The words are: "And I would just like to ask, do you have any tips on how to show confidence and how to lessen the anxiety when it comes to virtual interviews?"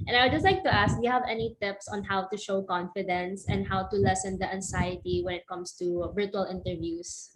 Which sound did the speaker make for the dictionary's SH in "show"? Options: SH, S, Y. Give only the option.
SH